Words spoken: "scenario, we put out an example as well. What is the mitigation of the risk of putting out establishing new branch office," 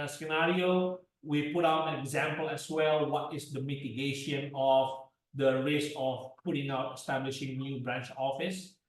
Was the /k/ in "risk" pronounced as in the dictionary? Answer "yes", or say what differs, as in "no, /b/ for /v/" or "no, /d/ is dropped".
no, /k/ is dropped